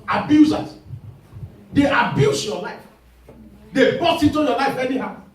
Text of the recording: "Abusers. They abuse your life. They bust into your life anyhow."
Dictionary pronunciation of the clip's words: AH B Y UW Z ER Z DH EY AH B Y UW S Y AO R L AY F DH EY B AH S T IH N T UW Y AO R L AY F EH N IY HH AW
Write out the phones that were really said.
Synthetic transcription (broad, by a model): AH B Y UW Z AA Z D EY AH B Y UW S Y AO L AY F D EY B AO T IH N T UW Y AO L AY F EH N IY HH AW